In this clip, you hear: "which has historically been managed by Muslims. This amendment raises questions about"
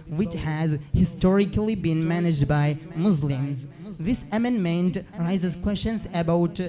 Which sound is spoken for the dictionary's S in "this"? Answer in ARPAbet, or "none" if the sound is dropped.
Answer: S